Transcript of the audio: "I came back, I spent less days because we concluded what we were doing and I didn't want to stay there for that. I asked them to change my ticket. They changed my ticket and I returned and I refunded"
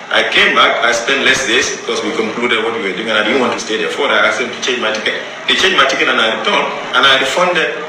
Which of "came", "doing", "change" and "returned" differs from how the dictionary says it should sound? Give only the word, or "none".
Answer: returned